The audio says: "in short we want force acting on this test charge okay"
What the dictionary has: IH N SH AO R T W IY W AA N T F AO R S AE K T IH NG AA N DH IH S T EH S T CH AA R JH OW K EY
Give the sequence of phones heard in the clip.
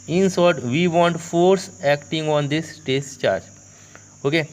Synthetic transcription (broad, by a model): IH N S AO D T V IY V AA N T F AO R S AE K T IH NG AA N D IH S T EH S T CH AA R JH OW K EY